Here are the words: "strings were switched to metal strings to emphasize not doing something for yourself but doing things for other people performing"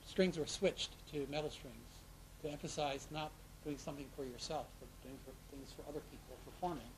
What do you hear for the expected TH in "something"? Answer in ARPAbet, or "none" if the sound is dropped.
TH